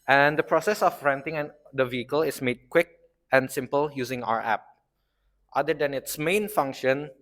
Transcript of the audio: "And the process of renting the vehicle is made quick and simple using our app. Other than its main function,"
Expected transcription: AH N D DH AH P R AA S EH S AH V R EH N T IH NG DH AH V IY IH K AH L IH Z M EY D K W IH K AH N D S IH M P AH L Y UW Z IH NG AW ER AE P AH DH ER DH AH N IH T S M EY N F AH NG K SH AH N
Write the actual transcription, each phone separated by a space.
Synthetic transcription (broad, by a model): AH N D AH P R AA S EH S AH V R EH N T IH NG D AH V IY IH K AH L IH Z M EY D K W IH K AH N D S IH M P AH L Y UW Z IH NG AW ER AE P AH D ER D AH N IH T S M EY N F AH NG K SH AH N